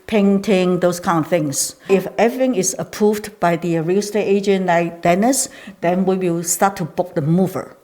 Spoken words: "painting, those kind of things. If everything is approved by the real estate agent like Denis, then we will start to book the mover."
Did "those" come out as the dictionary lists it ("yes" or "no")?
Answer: no